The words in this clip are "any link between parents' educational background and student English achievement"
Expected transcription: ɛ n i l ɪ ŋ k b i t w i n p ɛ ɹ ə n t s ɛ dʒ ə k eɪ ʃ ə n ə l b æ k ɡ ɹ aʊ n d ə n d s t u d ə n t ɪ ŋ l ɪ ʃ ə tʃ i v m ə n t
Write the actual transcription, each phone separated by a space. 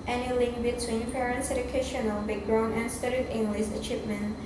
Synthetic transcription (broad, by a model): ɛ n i l ɪ ŋ k b i t w i n p ɛ ɹ ə n t s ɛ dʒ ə k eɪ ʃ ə n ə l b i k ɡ ɹ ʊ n ə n s t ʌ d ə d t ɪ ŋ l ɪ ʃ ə tʃ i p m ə n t